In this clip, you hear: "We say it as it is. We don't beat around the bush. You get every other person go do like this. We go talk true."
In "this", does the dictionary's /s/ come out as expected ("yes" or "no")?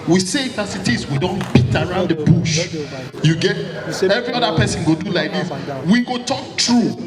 no